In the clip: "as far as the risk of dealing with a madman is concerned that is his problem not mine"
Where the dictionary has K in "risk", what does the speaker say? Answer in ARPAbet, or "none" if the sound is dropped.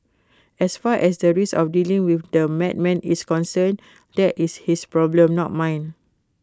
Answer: none